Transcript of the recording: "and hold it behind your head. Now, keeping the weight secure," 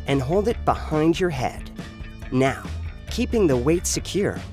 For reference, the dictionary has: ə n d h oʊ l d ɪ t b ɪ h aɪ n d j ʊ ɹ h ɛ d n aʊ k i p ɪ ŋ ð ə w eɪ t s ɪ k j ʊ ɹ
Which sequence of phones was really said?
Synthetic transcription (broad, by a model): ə n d h oʊ l d ɪ t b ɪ h aɪ n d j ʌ ɹ h ɛ d n aʊ k i p ɪ ŋ ð ə w eɪ t s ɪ k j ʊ ɹ